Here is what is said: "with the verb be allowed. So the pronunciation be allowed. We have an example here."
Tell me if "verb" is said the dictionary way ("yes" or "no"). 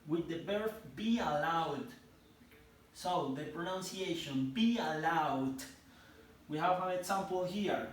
no